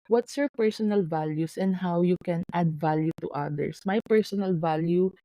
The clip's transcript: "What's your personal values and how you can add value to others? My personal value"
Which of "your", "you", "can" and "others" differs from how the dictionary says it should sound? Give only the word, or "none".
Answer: others